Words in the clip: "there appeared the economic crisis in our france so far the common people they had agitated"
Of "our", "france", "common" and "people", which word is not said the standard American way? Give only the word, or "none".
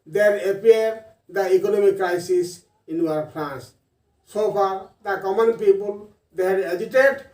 france